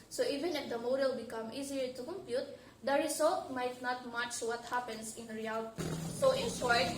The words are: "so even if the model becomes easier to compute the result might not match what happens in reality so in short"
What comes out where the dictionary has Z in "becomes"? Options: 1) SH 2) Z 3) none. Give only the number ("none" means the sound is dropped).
3